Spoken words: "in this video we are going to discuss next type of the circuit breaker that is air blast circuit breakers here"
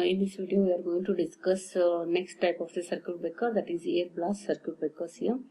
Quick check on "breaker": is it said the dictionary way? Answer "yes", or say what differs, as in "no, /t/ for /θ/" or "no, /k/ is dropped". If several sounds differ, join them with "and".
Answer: no, /ɹ/ is dropped